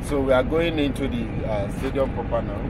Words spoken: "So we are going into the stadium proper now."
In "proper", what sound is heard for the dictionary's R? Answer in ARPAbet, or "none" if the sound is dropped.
none